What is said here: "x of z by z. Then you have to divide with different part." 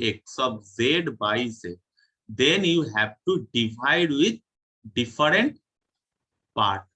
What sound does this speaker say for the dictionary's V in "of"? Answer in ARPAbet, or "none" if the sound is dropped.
B